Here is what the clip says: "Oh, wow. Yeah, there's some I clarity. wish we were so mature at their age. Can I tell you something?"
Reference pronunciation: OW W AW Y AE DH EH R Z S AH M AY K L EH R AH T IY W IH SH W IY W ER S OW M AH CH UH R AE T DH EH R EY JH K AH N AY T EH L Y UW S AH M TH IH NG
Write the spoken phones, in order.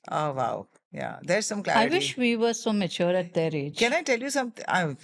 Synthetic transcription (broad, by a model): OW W AW Y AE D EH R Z S AH M K L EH AH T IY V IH SH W IY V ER S OW M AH CH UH R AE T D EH R EY JH K AH N AY T EH L Y UW S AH M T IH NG